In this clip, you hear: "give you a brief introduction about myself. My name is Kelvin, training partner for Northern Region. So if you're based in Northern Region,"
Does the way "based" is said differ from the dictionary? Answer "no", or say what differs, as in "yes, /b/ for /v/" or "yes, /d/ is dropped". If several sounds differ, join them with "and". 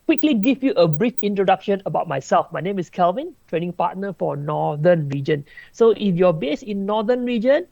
yes, /t/ is dropped